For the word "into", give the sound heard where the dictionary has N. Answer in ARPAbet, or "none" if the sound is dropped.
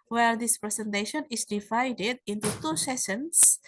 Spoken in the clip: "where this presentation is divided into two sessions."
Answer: N